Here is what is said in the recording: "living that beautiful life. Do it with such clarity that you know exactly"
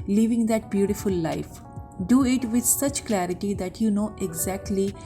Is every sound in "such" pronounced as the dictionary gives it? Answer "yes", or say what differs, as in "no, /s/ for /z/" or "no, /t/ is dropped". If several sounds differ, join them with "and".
yes